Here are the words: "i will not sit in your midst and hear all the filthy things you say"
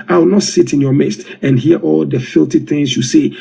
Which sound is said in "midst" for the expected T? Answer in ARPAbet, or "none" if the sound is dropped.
T